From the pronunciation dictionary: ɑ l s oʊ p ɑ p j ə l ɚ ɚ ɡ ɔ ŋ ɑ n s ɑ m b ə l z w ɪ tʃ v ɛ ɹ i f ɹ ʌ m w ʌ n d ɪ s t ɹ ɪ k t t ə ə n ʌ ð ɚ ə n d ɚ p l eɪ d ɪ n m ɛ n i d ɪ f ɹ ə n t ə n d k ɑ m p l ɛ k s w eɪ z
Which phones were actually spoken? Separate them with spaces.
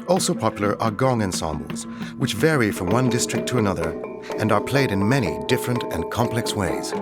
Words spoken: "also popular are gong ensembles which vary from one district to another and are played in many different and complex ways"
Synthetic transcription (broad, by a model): ɑ l s oʊ p ɑ p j l ɚ ɚ ɡ ɔ ŋ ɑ n s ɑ m b l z w ɪ tʃ v ɛ ɹ i f ɹ ʌ m w ʌ n d ɪ s t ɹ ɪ k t t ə ə n ʌ ð ɚ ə n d ɚ p l eɪ d ɪ n m ɛ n i d ɪ f ɹ ə n t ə n k ɑ m p l ɛ k s w eɪ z